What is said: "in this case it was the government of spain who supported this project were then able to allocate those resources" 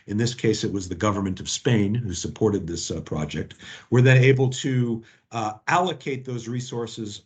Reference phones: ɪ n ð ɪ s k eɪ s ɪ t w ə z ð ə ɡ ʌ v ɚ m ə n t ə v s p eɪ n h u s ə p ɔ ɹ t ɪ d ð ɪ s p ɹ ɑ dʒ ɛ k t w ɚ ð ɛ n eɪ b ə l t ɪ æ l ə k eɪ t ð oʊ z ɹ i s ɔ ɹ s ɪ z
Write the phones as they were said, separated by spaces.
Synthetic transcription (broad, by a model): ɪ n ð ɪ s k eɪ s ɪ t w ə z ð ə ɡ ʌ v ɚ m ə n t ə v s p eɪ n h u s ə p ɔ ɹ t ɪ d ð ɪ s p ɹ ɑ dʒ ɛ k t w ɚ ð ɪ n eɪ b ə l t ɪ æ l ə k eɪ t ð oʊ z ɹ i s ɔ ɹ s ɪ z